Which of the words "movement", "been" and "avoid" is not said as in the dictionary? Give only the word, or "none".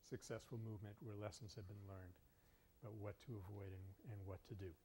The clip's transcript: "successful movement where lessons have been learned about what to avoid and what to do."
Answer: none